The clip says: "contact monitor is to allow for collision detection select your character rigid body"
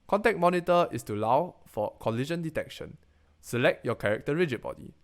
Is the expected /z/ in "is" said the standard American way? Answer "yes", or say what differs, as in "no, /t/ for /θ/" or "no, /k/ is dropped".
no, /s/ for /z/